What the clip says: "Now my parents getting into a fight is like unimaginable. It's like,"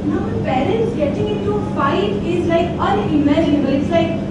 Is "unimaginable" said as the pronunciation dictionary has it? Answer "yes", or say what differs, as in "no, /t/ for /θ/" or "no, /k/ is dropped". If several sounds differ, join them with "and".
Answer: no, /m/ is dropped